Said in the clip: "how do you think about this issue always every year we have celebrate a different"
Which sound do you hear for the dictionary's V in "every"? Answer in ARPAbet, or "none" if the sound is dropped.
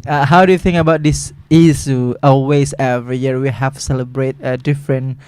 V